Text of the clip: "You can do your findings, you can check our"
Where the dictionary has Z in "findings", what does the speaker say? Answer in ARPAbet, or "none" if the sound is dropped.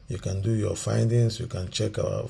S